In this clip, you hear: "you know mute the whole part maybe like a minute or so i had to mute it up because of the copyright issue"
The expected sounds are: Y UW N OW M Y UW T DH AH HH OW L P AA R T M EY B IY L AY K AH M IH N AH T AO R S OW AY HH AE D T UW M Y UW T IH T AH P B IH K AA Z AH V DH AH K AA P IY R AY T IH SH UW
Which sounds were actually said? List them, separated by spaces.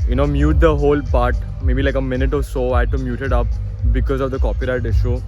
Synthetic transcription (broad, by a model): Y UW N OW M Y UW T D AH HH OW L P AA R T M EY B IY L AY K AH M IH N AH T AO R S OW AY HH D T UW M Y UW T IH T AH P B IH K AA Z AH V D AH K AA P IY R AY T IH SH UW